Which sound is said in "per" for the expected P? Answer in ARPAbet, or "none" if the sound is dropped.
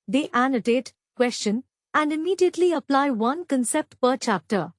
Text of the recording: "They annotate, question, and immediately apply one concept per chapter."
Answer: P